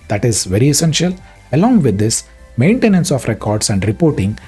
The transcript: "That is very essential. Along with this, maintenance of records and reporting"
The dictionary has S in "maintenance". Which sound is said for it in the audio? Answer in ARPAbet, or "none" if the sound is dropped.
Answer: S